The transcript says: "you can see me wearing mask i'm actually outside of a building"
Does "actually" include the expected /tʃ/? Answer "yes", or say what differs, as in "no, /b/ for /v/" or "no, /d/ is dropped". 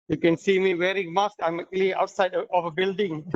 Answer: no, /tʃ/ is dropped